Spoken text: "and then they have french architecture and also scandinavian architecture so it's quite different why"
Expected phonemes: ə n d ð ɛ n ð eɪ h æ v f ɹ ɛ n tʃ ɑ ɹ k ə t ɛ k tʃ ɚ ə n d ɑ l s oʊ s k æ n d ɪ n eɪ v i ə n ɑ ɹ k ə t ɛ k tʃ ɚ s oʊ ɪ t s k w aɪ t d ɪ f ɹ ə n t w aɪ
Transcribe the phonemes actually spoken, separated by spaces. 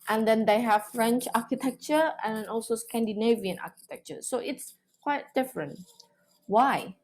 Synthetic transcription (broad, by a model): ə n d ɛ n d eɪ h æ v f ɹ ɛ n tʃ ɑ k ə t ɛ k tʃ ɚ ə n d ɑ l s oʊ s k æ n d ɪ n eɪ v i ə n ɑ k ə t ɛ k tʃ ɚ s oʊ ɪ t s k w aɪ t d ɪ f ɹ ə n t w aɪ